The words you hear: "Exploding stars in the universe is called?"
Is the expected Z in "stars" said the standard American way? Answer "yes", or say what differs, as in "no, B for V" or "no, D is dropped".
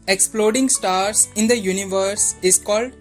no, S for Z